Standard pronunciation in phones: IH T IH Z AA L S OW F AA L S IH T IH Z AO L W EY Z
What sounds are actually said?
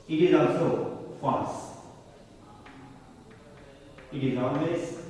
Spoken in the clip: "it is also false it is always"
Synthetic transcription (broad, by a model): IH T IH Z AA L S OW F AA S IH T IH Z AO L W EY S